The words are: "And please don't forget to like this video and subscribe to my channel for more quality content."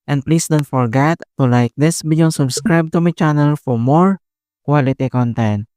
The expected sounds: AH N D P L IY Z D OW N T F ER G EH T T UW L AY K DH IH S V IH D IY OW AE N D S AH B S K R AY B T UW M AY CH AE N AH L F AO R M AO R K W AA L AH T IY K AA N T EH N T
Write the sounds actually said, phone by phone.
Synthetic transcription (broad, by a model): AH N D P L IY S D OW N T F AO G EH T T UW L AY K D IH S B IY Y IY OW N S AH B S K R AY B T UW M AY CH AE N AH L F AO R M AO R K W AA L AH T IY K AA N T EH N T